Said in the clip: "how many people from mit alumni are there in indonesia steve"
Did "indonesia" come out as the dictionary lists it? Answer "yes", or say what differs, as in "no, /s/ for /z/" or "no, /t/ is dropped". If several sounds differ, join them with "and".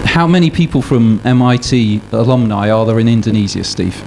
no, /z/ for /ʒ/